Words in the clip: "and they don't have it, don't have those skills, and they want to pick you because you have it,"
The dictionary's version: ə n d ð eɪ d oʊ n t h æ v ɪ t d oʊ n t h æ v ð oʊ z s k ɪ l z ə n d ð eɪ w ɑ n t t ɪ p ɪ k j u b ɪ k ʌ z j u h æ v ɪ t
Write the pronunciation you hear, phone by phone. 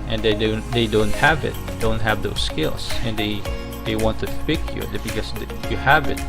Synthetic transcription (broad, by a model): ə n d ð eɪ d oʊ n t h æ v ɪ t d oʊ n t h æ v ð oʊ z s k ɪ l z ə n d ð eɪ w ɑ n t t ɪ f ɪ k j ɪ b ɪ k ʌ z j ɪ h æ v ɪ t